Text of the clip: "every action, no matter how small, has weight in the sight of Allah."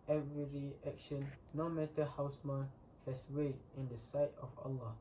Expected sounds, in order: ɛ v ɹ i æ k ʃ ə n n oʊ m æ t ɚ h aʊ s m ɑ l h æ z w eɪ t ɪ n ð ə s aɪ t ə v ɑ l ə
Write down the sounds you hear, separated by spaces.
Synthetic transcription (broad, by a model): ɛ v ɹ i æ k ʃ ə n n oʊ m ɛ t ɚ h aʊ s m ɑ n h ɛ s w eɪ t ɪ n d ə s aɪ t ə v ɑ l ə